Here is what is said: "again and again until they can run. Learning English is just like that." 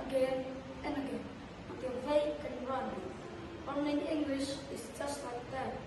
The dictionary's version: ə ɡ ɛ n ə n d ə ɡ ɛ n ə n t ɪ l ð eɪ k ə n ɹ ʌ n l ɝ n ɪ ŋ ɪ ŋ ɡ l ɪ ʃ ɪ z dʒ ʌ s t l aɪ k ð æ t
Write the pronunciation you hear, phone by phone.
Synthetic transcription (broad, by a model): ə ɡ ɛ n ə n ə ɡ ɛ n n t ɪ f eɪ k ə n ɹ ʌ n w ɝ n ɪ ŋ ɪ ŋ ɡ l ɪ ʃ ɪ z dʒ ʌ s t l aɪ k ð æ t